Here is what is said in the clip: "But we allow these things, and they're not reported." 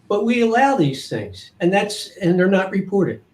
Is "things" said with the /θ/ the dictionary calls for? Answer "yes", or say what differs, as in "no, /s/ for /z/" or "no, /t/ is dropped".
yes